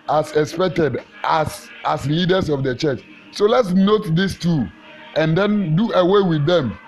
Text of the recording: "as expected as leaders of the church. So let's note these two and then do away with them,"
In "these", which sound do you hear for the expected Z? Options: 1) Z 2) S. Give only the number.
2